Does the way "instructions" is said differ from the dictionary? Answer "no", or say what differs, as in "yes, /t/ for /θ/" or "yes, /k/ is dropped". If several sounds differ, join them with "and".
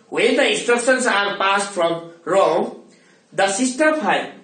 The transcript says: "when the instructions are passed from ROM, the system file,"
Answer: yes, /s/ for /ʃ/ and /s/ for /z/